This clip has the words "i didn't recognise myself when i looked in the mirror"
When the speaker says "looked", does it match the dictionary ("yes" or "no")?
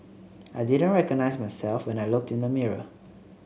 yes